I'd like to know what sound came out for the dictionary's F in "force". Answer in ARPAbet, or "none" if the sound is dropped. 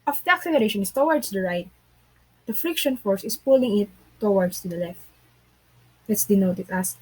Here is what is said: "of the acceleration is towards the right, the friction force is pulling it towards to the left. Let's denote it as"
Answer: F